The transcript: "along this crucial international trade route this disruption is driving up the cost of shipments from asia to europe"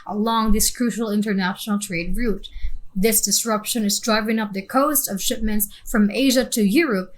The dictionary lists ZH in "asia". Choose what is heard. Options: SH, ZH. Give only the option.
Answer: ZH